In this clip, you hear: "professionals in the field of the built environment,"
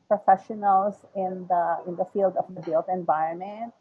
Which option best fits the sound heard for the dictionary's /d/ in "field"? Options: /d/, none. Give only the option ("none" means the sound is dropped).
/d/